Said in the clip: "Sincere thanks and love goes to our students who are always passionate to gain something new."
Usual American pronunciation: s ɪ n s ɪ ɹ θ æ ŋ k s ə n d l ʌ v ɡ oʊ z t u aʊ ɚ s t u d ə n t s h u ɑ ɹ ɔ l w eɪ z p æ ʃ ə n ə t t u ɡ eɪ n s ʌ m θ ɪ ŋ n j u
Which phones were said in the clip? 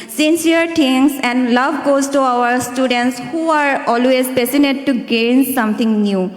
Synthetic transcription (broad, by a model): s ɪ n s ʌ ɹ t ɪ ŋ s ə n d l ʌ v ɡ oʊ z t u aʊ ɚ s t u d ə n t s h u ɑ ɹ ɔ l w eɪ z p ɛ s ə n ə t t u ɡ eɪ n s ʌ m t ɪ ŋ n j u